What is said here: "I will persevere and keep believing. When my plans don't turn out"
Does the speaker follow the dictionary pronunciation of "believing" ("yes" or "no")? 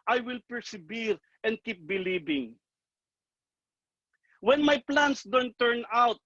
no